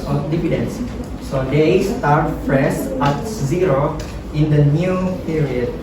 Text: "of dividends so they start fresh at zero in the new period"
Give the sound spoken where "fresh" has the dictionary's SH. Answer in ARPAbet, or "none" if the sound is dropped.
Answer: S